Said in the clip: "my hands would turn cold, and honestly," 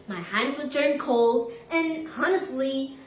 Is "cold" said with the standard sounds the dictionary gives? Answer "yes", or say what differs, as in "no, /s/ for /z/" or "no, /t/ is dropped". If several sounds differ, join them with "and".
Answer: yes